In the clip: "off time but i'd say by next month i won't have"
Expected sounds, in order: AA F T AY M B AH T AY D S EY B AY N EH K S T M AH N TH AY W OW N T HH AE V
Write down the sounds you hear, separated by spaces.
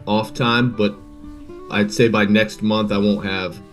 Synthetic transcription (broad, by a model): AA F T AY M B AH T AY D S EY B AY N EH K S T M AH N TH AY W OW N T HH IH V